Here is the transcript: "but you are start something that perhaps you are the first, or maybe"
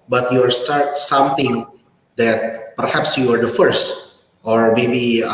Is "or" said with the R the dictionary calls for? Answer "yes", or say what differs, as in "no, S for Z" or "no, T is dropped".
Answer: yes